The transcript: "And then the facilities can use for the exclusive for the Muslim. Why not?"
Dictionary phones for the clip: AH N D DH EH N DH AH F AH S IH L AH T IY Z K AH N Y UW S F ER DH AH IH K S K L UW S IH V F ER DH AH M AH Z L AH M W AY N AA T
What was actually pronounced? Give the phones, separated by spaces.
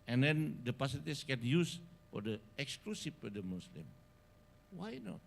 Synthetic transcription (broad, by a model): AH N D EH N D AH P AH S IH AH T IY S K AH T Y UW S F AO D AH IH K S K L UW S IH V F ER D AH M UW S L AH M W AY N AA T